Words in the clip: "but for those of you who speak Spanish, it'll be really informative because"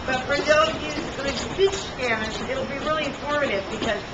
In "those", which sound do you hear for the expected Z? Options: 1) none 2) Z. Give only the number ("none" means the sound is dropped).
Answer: 1